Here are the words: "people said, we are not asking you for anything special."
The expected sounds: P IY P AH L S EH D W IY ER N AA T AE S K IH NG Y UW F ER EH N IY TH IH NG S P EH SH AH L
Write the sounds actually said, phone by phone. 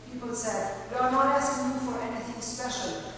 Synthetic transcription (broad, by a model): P IY P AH L S EH D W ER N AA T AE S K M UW F ER EH N IY TH IH NG S P EH SH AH L